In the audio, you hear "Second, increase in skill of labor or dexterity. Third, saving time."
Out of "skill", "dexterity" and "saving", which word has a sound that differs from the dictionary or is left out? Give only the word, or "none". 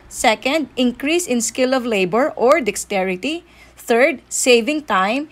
none